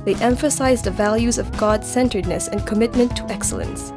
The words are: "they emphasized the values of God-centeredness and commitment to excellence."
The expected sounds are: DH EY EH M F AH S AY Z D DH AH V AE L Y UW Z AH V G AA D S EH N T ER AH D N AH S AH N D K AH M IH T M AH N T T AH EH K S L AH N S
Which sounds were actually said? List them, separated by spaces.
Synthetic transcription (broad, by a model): DH EY EH M F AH S AY Z DH AH V AE L Y UW Z AH V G AA D S EH N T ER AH D N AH S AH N K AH M IH T M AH N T T AH EH K S L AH N S